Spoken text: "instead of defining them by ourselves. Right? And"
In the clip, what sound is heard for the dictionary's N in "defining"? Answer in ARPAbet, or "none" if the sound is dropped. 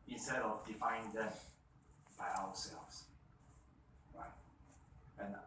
none